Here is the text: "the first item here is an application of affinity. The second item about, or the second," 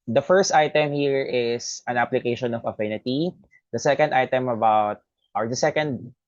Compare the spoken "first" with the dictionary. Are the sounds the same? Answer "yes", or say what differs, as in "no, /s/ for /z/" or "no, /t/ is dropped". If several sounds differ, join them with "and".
yes